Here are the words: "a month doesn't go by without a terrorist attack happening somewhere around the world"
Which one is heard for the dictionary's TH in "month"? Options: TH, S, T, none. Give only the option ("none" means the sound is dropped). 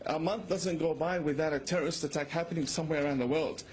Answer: TH